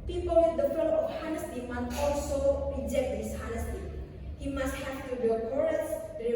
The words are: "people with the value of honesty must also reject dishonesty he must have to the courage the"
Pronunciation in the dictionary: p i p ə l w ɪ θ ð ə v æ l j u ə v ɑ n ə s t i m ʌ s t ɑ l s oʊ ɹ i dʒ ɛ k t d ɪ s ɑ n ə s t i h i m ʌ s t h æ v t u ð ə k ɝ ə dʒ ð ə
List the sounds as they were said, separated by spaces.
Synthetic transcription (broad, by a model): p i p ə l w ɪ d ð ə f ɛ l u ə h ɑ n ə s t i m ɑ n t ɑ l s oʊ ɹ i dʒ ɛ k t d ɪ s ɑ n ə s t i h i m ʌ s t h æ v t u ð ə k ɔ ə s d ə